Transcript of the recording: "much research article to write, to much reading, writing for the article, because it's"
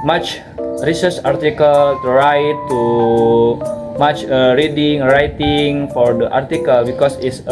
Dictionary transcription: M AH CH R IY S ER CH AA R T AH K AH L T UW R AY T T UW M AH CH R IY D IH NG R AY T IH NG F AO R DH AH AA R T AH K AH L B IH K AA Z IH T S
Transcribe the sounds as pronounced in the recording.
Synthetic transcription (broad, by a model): M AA CH R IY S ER S AA R T AH K AH L T UW R AY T T UW M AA CH R IY D IH NG R AY T IH NG F AO R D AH AA R T AH K AH L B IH K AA S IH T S